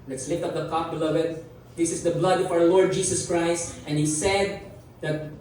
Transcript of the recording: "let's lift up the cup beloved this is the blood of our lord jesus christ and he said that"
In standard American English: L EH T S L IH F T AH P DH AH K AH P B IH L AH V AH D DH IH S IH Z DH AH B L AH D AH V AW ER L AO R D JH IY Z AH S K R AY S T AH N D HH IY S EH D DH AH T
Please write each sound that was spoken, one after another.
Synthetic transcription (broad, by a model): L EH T S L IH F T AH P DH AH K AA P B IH L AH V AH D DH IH S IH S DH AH B L AH D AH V AW ER L AO R D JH IY S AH S K R AY S T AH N HH IY S EH D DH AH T